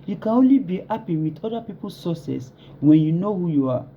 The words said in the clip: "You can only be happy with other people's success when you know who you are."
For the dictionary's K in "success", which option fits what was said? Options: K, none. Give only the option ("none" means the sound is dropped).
none